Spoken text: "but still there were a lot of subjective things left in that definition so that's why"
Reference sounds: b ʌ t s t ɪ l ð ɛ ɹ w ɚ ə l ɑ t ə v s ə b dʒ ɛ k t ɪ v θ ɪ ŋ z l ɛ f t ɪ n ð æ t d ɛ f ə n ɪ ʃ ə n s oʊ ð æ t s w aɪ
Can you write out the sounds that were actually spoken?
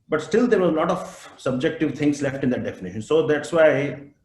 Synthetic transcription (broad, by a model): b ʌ t s t ɪ l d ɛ ɹ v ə l ɑ t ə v s ə b dʒ ɛ k t ɪ v t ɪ ŋ s l ɛ f t ɪ n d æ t d ɛ f ə n ɪ ʃ ə n s oʊ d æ t s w aɪ